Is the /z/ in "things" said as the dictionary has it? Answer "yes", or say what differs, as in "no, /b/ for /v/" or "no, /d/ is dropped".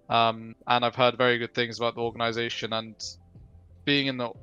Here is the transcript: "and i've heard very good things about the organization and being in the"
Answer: yes